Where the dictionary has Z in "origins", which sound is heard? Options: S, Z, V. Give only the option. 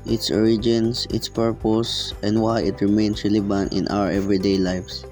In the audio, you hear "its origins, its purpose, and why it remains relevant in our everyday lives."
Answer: S